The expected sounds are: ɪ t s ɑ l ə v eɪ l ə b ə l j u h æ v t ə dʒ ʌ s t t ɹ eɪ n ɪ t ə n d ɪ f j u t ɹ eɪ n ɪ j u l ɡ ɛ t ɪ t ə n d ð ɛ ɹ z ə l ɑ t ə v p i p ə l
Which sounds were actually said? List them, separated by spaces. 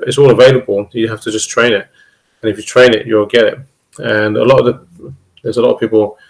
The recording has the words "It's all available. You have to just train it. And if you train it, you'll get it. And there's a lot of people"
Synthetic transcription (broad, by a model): ɪ t s ɑ l ə v eɪ l ə b ə l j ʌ h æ f t ə dʒ ʌ s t t ɹ eɪ n ɪ t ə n ɪ f j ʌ t ɹ eɪ n ɪ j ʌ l ɡ ɛ t ɪ t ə n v ð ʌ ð z ə l ɑ t ə v p i p ə l